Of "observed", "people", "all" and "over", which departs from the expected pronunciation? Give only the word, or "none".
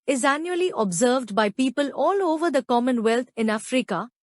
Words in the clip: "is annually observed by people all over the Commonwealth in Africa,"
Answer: none